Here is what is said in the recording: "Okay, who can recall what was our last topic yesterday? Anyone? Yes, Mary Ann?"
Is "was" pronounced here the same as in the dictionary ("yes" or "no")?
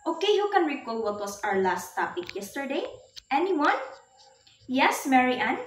no